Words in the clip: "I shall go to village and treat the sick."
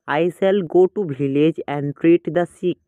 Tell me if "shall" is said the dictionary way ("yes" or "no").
no